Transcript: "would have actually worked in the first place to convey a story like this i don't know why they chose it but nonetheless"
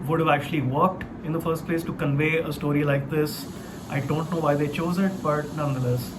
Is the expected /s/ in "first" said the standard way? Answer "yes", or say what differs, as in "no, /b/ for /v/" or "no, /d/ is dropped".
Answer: yes